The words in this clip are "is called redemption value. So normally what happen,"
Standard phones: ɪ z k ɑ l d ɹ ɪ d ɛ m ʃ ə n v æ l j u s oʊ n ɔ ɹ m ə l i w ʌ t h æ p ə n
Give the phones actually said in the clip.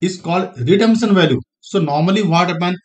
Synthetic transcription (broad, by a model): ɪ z k ɑ l d ɹ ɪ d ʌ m s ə n v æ l j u s oʊ n ɔ ɹ m ə l i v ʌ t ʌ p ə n